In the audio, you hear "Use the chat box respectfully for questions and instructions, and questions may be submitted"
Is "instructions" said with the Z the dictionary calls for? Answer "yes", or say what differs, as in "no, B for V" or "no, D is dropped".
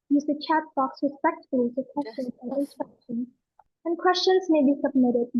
no, Z is dropped